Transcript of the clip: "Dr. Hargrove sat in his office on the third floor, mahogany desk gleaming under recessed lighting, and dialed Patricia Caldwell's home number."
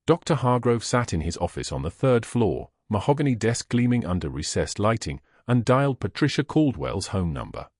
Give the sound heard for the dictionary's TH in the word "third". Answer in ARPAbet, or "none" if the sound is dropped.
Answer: TH